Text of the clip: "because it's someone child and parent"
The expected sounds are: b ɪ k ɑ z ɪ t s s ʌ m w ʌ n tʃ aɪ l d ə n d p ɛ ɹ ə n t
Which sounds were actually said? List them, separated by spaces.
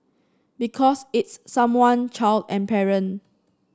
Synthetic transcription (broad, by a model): b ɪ k ɑ s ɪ t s s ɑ m w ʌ n tʃ aɪ l d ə n p ɛ ɹ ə n